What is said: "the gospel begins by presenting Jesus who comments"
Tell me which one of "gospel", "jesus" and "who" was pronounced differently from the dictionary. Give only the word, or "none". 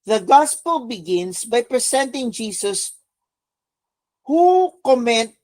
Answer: jesus